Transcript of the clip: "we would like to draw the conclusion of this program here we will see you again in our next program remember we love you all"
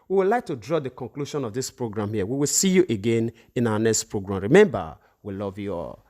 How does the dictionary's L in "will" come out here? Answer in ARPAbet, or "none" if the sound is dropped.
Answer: L